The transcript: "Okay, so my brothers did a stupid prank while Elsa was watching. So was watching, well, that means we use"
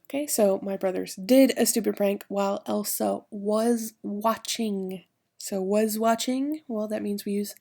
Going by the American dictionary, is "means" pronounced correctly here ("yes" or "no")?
yes